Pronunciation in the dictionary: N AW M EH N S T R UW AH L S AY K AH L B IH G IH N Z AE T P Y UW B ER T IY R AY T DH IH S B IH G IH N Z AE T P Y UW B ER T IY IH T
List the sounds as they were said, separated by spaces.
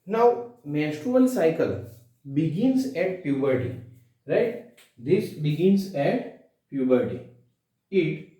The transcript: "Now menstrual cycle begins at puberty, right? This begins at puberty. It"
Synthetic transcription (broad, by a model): N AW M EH S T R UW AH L S AY K AH L B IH G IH N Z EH T P Y UW B ER T IY R AY T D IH S B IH G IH N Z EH T P Y UW B ER T IY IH T